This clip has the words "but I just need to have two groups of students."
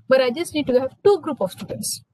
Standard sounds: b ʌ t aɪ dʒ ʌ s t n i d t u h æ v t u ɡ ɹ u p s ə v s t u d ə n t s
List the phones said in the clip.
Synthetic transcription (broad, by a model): b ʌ t aɪ dʒ ʌ s t n i d t u h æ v t u ɡ ɹ u p ə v s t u d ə n t s